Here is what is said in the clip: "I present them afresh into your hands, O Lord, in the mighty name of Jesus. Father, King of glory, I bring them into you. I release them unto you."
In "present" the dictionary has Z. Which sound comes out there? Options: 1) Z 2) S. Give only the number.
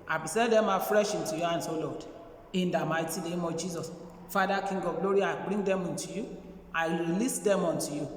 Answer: 2